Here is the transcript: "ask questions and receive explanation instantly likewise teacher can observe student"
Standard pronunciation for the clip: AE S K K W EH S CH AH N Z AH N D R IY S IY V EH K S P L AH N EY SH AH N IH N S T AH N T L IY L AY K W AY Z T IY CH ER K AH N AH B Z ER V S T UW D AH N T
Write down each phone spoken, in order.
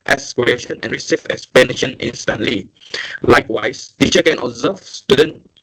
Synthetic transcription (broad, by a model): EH S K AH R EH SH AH N AH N R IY S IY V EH K S P AH N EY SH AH N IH N S T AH N T L IY L AY K W AY S T IY CH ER K AH N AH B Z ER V S T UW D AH N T